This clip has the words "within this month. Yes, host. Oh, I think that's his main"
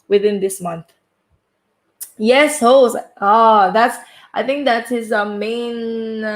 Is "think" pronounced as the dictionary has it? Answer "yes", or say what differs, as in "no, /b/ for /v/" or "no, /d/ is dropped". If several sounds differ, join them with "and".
yes